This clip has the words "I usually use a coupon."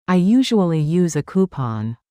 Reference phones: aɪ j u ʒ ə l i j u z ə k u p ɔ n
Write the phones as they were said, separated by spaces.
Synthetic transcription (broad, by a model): aɪ j u ʒ ə l i j u z ə k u p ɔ n